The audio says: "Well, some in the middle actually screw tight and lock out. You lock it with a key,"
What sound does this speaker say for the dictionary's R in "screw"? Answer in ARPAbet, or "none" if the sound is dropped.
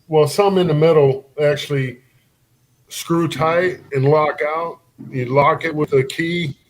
R